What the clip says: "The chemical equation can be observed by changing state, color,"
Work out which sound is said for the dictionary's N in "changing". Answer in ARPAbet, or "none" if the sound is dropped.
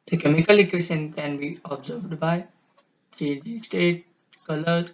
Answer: none